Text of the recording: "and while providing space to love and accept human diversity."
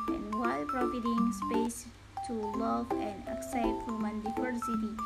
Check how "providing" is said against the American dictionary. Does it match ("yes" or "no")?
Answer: no